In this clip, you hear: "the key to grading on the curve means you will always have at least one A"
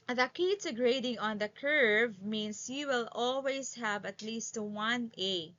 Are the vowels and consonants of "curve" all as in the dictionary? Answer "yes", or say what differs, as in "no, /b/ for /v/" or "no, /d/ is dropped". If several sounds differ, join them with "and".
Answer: yes